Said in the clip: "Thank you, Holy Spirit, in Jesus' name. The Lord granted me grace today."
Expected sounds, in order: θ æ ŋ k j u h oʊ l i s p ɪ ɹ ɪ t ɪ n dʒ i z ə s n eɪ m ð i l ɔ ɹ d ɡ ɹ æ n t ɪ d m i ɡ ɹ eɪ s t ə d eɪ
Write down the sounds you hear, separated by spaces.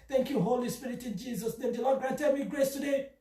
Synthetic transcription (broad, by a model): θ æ ŋ k j u h oʊ l i s p ɪ ɹ ɪ t ɪ n dʒ i z ə s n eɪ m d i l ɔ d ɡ ɔ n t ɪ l m i ɡ ɹ eɪ s t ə d eɪ